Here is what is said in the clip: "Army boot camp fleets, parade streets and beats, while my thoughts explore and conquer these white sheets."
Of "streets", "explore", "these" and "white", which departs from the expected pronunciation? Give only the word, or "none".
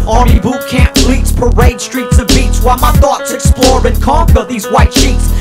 none